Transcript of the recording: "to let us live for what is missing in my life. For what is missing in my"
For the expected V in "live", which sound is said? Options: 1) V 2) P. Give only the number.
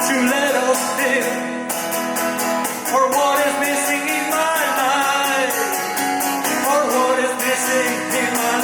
2